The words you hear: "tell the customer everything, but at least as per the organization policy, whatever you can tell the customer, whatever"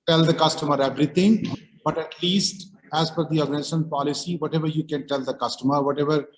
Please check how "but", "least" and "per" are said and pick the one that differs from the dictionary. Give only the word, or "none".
per